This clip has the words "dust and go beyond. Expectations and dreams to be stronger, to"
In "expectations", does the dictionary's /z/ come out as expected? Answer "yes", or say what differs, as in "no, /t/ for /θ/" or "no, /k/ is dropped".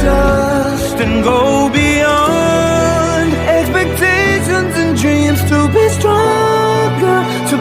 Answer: yes